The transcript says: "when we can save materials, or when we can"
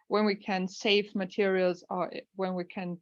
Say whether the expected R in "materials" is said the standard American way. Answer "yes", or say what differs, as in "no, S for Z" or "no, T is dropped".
yes